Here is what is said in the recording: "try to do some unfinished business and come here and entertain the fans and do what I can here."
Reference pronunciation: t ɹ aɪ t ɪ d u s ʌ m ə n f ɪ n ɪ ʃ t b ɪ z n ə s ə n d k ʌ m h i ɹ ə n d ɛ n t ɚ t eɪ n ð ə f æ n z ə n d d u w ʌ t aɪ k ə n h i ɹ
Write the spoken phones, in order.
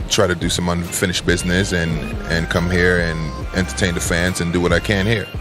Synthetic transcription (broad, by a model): t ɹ aɪ t ɪ d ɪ s ʌ m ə n f ɪ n ɪ ʃ b ɪ z n ə s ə n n k ʌ m h i ɹ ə n ɛ n t ɚ t eɪ n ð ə f æ n z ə n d d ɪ w ʌ t aɪ k ə n h i ɹ